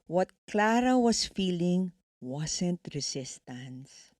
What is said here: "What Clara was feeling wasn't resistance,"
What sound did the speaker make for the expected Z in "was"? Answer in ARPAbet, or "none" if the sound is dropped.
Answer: S